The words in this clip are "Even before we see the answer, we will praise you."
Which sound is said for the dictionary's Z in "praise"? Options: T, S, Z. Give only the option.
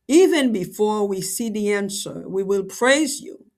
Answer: Z